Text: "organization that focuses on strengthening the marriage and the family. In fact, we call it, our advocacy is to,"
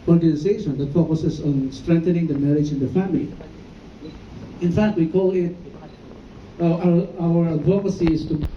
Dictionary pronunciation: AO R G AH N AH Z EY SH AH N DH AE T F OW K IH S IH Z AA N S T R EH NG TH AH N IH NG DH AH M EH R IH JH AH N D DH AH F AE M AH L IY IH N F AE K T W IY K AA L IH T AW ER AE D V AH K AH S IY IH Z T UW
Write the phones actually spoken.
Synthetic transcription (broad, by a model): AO R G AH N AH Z EY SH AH N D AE T F OW K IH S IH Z AA N S T R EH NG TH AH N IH NG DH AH M EH R IH JH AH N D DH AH F AE M AH L IY IH N F AE K T W IY K AA L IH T AW ER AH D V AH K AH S IY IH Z T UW